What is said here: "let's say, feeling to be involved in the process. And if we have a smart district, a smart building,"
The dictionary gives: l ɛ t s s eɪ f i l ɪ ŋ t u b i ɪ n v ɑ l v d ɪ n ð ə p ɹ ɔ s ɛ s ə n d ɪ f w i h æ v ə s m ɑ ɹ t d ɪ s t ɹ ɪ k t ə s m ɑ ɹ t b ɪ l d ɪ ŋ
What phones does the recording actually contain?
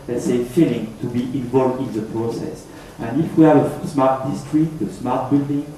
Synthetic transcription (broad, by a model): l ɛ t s s eɪ f i l ɪ ŋ t u b i ɪ n v ɑ l v d ɪ n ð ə p ɹ ɔ s ɛ s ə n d ɪ f w i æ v ə s m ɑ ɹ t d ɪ s t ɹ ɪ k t ə s m ɑ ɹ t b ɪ l d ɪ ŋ